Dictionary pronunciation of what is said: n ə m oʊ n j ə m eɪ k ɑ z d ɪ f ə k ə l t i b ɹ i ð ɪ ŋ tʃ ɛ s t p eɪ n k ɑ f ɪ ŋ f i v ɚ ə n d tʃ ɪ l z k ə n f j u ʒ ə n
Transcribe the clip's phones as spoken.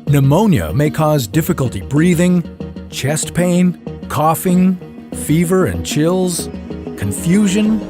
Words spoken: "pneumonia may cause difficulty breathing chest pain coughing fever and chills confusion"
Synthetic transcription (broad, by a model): n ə m oʊ n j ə m eɪ k ɑ z d ɪ f ə k ə l t i b ɹ i ð ɪ ŋ tʃ ɛ s t p eɪ n k ɑ f ɪ ŋ f i v ɚ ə n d tʃ ɪ l z k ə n f j u ʒ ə n